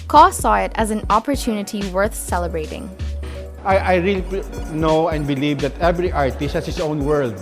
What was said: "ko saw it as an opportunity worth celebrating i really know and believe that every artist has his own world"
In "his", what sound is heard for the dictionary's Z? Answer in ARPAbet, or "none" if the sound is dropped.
S